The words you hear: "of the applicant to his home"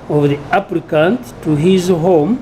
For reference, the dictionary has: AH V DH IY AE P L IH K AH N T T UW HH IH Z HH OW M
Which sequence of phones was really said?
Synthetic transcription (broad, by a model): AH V DH IY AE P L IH K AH N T T UW HH IH Z HH OW M